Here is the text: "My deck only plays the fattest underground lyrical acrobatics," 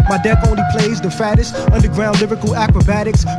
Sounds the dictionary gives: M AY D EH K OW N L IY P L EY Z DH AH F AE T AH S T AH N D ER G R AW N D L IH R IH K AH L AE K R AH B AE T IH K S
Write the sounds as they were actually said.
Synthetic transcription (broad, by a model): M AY D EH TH OW N L IY P L EY Z DH AH F AE T AH S T AH N D ER G R AW N D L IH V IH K L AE K R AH B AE T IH K S